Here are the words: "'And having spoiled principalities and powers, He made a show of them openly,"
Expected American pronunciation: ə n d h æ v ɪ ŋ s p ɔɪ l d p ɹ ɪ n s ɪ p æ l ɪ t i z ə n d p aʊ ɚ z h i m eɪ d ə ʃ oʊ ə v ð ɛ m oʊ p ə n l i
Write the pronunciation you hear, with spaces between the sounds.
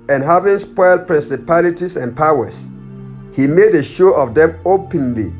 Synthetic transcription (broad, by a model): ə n h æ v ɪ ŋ s p ɔɪ l d p ɹ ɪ n s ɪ p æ l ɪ t i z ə n p aʊ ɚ s h i m eɪ d ə ʃ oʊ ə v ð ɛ m oʊ p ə n l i